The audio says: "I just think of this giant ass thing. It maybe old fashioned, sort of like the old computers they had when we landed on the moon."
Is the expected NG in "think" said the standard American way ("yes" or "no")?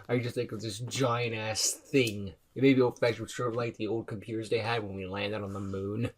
no